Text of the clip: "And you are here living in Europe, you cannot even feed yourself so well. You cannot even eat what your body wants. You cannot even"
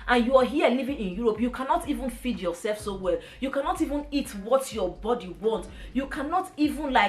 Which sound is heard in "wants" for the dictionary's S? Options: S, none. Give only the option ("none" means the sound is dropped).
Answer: none